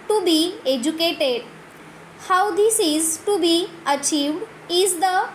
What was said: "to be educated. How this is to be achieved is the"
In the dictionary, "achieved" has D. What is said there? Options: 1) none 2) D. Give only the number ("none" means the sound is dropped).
2